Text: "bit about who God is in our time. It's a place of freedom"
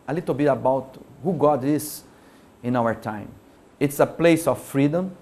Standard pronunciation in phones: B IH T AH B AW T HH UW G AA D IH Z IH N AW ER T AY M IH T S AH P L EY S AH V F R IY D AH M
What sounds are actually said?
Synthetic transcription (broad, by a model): B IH T AH B AW T HH UW G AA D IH S IH N AW ER T AY M IH T S AH P L EY S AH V F R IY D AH M